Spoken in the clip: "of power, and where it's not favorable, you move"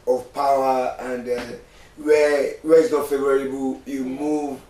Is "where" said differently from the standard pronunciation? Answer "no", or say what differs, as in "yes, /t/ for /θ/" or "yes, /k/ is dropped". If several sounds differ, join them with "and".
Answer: yes, /w/ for /ɹ/